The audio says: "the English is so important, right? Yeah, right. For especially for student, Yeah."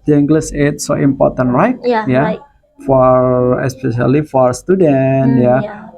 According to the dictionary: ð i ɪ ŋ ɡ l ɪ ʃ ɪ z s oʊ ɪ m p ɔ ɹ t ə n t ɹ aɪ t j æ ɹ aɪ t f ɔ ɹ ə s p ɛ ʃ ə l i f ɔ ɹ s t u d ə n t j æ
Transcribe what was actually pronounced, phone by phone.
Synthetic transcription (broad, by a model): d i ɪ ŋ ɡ l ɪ s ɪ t s oʊ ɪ m p ɔ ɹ t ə n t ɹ aɪ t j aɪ f ɔ ɹ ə s p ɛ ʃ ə l i f ɔ ɹ s t u d ə n t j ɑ